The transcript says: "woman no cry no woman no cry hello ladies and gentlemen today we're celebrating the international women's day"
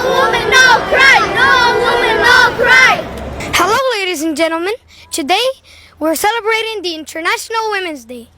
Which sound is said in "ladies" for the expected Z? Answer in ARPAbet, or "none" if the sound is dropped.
Z